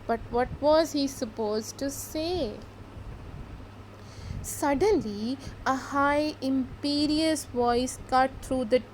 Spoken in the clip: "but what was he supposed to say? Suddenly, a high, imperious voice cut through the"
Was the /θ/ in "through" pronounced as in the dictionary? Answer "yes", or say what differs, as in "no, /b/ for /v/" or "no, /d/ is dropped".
no, /t/ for /θ/